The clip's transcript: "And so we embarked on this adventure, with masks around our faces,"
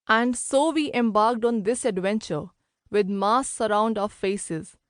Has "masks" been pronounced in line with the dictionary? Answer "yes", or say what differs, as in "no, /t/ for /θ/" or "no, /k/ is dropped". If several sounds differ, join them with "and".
no, /k/ is dropped